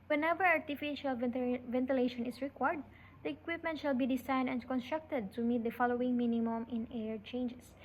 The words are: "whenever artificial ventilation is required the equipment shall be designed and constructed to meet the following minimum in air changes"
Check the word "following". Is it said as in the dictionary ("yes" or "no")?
yes